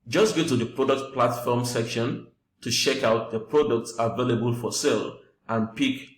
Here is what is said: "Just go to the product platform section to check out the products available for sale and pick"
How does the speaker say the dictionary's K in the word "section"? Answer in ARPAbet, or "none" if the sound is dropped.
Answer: K